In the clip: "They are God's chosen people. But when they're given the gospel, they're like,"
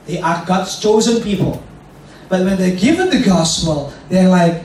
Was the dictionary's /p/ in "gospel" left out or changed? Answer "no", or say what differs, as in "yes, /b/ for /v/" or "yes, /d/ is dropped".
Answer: no